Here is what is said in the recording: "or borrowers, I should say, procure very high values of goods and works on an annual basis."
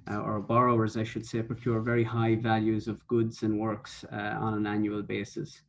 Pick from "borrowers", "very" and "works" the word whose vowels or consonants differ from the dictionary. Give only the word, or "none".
none